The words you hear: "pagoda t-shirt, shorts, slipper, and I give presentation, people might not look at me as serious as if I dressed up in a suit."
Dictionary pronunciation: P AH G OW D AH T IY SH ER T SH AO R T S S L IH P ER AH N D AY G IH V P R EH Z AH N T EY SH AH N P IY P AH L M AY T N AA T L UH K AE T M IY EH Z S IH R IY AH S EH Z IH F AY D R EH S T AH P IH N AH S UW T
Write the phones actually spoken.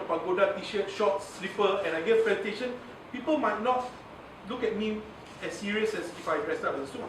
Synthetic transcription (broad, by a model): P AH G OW D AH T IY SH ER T SH AO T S S L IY P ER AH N AY G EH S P L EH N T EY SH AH N P IY P AH L M AY T N AA T L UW K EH T M IY EH S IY R IY AH S EH S IH F AY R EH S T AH B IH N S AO